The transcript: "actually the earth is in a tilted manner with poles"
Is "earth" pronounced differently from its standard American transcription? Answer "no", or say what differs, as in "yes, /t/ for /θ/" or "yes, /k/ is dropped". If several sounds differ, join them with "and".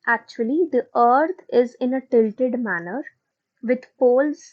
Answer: yes, /t/ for /θ/